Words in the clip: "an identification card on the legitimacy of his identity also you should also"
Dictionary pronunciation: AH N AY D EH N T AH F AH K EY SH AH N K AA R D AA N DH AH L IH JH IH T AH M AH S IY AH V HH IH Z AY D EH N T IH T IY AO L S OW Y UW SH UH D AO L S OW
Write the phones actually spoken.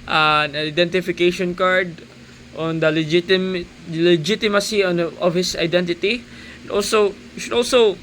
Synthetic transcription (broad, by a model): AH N AY D EH N T AH F AH K EY SH AH N K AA R D AA N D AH L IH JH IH T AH M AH S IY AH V HH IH S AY D EH N T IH T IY AO L S OW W SH UH D AO L S OW